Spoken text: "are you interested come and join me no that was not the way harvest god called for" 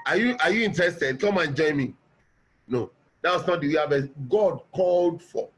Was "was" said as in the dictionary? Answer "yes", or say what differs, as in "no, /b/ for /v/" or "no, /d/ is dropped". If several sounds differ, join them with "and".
no, /s/ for /z/